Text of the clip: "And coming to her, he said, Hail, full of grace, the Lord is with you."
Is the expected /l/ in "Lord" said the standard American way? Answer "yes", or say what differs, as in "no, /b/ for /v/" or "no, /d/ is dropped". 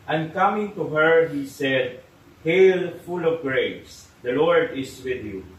yes